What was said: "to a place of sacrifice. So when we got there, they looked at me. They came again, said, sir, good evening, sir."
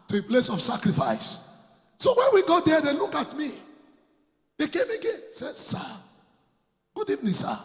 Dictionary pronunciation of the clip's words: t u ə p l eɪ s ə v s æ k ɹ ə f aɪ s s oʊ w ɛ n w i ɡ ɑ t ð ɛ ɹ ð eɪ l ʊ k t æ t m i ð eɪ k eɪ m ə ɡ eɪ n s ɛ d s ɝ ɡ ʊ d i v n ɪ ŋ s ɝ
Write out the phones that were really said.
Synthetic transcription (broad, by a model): t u ə p l eɪ s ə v s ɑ k ɹ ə f aɪ s s oʊ w ɛ n w i ɡ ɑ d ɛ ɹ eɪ l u k ɑ t m i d eɪ k eɪ m ə ɡ eɪ n s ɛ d s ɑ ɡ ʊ d i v n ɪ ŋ s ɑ